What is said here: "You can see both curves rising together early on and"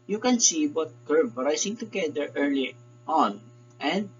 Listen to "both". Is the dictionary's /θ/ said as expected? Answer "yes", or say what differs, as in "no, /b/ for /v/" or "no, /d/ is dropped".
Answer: no, /t/ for /θ/